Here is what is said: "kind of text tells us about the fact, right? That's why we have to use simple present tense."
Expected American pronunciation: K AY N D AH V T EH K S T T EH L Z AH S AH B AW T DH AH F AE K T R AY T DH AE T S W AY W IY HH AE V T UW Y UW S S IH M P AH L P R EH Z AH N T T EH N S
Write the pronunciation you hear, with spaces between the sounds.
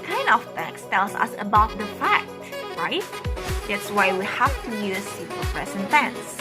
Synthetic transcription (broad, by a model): K AY N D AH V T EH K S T T EH L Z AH S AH B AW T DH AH F AE K T R AY T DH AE T S W AY W IY HH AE F T UW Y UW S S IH P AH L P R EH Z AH N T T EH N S